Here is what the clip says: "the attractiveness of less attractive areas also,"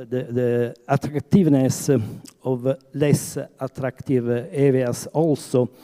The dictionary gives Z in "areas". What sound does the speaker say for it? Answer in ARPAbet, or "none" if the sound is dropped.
S